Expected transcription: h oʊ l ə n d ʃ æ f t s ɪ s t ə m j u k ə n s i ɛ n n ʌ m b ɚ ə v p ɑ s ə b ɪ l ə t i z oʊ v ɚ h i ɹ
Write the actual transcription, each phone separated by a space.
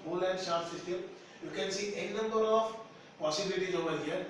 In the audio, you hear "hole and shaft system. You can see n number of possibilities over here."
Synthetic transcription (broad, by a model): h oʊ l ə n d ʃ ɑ t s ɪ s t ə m j u k ə n s i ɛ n n ʌ m b ɚ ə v p ɑ s ə b ɪ l ə t i z oʊ v ɚ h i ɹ